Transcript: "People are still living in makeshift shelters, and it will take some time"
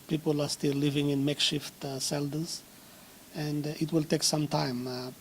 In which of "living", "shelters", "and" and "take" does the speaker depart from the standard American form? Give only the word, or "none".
shelters